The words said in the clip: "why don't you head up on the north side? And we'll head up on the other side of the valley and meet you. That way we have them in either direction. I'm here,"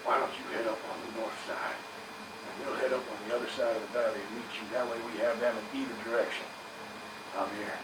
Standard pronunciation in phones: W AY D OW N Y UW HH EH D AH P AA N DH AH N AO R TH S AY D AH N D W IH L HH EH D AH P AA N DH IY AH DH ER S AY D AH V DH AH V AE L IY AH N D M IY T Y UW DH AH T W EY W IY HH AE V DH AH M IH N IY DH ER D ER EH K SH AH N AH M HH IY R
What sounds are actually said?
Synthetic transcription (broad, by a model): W AY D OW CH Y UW HH EH D AH P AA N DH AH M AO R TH S AY D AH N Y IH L HH EH D AH P N DH IY AH DH ER S AY D AH V DH AH B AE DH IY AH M IY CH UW DH AH T W EY W IY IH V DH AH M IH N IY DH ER D ER EH K SH AH N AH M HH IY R